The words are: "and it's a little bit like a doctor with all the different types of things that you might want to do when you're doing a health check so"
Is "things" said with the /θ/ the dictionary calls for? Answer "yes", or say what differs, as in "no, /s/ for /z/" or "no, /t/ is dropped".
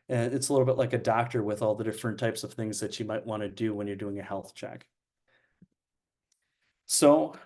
yes